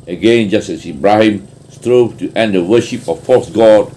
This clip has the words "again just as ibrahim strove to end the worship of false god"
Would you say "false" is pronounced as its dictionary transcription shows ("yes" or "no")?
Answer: no